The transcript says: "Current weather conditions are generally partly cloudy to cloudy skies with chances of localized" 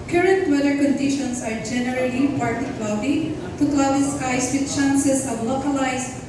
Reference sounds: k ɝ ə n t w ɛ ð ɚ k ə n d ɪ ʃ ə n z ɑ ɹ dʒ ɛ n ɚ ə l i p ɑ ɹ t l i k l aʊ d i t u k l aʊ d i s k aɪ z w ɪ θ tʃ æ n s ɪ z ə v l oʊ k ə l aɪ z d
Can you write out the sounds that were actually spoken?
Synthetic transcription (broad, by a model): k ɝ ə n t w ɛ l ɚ k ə n d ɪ ʃ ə n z ɑ ɹ dʒ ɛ n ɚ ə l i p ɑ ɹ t i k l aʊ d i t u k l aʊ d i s k aɪ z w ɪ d tʃ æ n s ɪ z ə v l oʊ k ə l aɪ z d